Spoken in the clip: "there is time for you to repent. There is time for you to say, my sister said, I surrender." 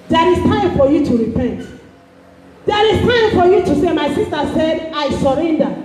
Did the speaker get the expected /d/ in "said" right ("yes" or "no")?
yes